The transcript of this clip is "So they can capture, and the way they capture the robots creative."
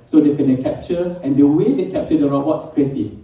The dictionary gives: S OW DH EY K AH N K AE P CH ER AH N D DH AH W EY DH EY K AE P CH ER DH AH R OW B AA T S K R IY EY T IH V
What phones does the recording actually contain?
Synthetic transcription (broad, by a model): S OW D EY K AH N K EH P CH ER AH N D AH W EY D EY K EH P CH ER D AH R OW AA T S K R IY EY T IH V